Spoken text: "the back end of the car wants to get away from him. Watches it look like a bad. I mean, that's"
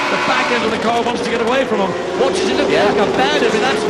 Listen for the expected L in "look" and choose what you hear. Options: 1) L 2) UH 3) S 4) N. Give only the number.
4